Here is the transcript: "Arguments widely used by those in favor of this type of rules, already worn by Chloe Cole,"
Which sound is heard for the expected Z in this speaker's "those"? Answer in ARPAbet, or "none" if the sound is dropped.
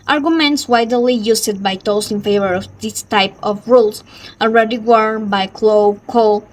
S